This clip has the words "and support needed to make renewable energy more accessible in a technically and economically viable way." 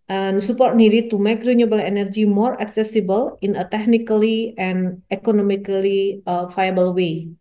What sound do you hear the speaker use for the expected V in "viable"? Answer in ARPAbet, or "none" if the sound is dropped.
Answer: F